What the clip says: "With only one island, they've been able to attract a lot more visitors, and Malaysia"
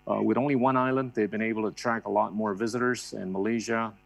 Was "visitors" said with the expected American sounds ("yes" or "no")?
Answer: yes